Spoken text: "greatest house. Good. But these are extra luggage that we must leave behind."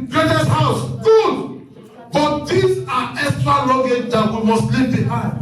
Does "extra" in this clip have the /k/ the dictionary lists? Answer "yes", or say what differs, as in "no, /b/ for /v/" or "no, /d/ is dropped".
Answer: no, /k/ is dropped